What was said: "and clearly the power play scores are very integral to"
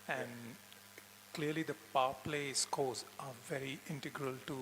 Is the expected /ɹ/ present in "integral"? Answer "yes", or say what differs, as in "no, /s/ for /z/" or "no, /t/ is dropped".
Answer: yes